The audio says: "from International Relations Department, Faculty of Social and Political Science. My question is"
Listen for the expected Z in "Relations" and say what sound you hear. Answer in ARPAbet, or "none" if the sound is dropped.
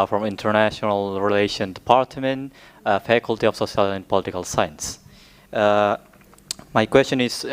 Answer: none